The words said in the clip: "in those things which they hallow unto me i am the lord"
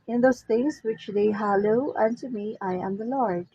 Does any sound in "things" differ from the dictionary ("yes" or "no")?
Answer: yes